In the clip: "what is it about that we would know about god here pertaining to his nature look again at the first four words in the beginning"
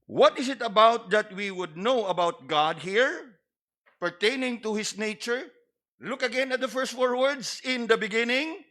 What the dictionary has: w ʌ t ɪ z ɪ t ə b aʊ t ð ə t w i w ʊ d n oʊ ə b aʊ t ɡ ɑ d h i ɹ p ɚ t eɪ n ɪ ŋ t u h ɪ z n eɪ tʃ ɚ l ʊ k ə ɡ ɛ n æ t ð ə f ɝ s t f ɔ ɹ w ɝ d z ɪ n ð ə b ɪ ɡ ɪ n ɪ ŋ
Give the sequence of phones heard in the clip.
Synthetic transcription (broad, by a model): w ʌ t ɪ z ɪ t ə b aʊ t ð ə t w i w ʊ d n oʊ ə b aʊ t ɡ ɑ d h i ɹ p ɚ t eɪ n ɪ ŋ t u h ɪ s n eɪ tʃ ɚ l ʊ k ə ɡ ɛ n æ t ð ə f ɝ s t f ɔ ɹ w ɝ d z ɪ n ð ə b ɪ ɡ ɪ n ɪ ŋ